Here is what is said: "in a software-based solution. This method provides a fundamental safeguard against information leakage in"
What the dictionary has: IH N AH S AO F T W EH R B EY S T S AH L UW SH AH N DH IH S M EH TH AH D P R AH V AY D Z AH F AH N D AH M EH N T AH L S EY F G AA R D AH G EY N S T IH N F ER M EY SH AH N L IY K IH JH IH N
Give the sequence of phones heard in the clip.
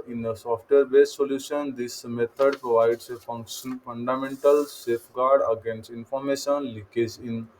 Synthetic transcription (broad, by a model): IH N AH S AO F T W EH R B EY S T S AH L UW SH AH N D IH S M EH T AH D P R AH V AY D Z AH F AH N D AH M EH N T AH L S EY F G AA R D AH G EY N S T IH N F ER M EY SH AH N L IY K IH Z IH N